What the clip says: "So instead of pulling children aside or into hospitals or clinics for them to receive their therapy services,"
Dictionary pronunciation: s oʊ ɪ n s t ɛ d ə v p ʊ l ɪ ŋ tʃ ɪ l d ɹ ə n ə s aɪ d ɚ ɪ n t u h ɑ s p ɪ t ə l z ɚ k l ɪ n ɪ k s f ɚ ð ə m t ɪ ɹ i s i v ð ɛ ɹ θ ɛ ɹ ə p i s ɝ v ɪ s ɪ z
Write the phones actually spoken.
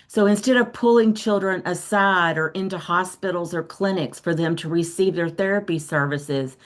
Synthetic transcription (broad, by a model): s oʊ ɪ n s t ɛ d ə v p ʊ l ɪ ŋ tʃ ɪ l d ɹ ə n ə s aɪ d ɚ ɪ n t u h ɑ s p ɪ t l z ɚ k l ɪ n ɪ k s f ɚ ð ə m t ɪ ɹ i s i v ð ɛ ɹ θ ɛ ɹ ə p i s ɝ v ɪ s ɪ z